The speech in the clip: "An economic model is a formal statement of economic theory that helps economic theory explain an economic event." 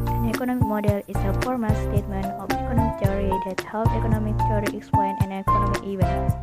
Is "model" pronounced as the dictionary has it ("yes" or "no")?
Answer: yes